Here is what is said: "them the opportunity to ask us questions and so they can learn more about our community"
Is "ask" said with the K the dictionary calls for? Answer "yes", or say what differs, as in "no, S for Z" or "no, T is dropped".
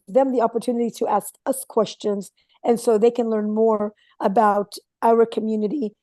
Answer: yes